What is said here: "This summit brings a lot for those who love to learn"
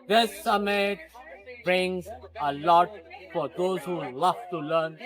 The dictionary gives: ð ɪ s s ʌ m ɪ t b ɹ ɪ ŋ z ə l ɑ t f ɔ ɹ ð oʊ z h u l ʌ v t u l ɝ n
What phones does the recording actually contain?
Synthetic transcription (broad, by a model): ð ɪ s s ʌ m ɪ t b ɹ ɪ ŋ z ə l ɑ t f ɔ ɹ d oʊ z h u l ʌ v t u l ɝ n